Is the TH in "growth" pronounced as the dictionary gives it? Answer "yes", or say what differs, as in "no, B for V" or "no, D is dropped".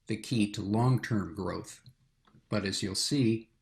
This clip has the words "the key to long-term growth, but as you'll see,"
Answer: yes